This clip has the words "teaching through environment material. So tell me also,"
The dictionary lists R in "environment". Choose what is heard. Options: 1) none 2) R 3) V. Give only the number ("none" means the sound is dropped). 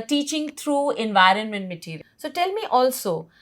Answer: 2